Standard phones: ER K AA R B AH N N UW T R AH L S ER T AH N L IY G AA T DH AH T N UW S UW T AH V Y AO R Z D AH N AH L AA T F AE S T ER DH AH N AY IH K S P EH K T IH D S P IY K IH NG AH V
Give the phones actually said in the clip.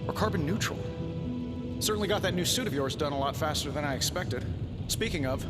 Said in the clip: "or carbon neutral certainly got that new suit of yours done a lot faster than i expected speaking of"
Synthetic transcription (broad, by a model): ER K AA R B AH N N UW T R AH L S ER T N L IY G AA T DH AH T N UW S UW T AH V Y AO R Z D AH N AH L AA T F AE S T ER DH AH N AY IH K S P EH K T IH D S P IY K IH NG AH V